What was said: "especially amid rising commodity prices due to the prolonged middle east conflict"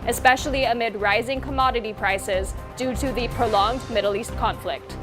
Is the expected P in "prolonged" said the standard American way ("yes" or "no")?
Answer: yes